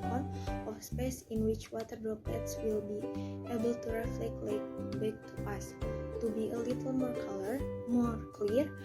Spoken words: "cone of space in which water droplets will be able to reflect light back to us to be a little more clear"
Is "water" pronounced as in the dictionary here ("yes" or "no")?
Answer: yes